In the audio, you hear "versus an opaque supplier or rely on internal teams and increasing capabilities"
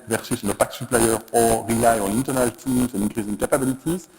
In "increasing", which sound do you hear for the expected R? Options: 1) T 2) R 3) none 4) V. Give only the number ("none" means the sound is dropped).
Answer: 3